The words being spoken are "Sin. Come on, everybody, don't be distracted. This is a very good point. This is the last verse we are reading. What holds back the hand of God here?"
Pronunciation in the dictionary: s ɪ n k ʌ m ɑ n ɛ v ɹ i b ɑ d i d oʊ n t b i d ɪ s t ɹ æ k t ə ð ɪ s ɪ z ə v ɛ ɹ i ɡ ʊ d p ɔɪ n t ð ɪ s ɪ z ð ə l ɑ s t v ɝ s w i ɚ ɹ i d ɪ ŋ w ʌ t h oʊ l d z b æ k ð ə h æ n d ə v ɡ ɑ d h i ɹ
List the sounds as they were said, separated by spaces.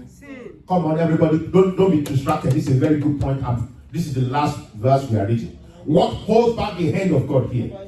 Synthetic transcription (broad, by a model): k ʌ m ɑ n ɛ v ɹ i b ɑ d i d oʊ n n b i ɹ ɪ s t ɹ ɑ k t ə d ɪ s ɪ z ə v ɛ ɹ i ɡ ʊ d p ɔɪ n t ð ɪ s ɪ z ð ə l ɑ s t v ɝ s w i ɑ ɹ i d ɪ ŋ w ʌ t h oʊ l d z b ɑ k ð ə h æ n d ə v ɡ ɑ d h i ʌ